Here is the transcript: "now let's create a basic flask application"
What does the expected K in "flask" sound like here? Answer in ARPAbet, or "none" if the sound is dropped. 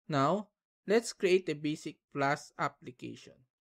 none